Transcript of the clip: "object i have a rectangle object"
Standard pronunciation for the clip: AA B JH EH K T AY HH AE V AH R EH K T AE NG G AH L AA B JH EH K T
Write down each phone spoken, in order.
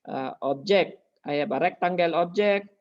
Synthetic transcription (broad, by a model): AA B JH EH K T AY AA B AH R EH K T AE NG G AH L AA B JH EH K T